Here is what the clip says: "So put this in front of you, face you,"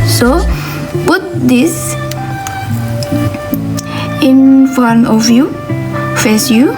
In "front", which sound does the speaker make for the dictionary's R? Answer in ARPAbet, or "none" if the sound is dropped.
none